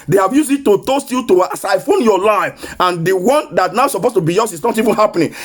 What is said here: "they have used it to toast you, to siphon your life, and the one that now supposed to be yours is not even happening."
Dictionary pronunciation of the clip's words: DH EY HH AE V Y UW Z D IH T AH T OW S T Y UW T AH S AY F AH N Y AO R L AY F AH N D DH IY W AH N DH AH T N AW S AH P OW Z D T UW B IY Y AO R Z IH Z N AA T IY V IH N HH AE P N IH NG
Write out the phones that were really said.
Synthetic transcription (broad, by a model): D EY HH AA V Y UW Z IH T AH T OW S T Y UW T AH S AY F AH N Y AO L AY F AH N D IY W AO N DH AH T N AW S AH P OW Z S T UW B IY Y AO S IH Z N AA T IY V IH N HH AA P N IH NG